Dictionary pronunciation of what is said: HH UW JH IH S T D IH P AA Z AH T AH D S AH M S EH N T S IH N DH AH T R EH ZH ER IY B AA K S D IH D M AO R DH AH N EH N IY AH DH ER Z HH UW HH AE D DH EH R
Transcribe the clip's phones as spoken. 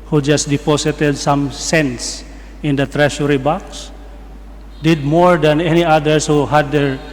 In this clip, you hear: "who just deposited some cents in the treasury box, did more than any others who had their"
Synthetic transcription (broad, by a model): HH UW JH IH S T D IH P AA S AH T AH D S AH M S EH N T S IH N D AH T R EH SH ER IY B AA K S D IH D M AO R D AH N EH N IY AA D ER S HH UW HH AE D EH R